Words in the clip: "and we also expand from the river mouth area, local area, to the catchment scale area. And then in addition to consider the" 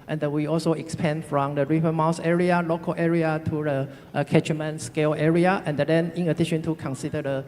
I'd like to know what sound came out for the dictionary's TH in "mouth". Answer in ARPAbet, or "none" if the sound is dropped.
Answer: S